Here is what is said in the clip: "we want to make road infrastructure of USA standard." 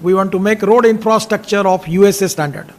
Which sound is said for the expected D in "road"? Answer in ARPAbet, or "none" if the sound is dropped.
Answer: D